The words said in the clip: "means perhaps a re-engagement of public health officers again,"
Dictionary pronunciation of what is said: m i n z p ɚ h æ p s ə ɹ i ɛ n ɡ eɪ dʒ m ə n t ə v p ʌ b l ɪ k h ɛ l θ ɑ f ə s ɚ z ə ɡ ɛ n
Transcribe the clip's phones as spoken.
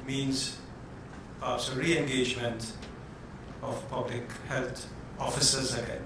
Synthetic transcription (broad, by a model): m i n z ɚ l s ə ɹ i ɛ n ɡ eɪ dʒ m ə n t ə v p ʌ b l ɪ k h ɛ l t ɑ f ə s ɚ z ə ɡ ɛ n